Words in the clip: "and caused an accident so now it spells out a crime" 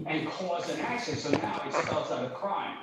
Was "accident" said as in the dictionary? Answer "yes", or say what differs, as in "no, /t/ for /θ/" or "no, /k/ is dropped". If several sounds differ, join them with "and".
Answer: no, /ʃ/ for /s/